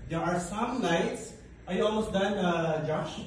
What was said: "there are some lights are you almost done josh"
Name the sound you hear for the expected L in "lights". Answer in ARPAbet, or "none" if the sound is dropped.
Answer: N